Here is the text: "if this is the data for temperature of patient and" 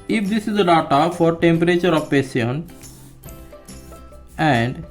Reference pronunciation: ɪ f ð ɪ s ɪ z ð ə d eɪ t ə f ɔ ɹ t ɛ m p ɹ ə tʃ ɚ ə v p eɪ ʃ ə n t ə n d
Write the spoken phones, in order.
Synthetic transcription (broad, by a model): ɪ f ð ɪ s ɪ z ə d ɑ t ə f ɔ ɹ t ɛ m p ɹ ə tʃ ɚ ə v p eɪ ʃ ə n ə n d